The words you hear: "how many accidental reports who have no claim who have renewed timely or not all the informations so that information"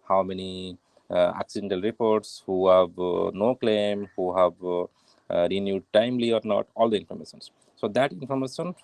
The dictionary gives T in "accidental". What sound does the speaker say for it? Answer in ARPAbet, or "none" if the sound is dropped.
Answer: T